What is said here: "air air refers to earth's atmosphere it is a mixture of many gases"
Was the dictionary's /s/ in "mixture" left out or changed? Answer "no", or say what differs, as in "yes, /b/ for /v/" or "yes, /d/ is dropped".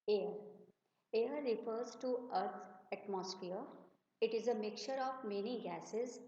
yes, /s/ is dropped